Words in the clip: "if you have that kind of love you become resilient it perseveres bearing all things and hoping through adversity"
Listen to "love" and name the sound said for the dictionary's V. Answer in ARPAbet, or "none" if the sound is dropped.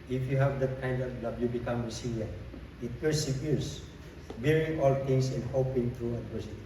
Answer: B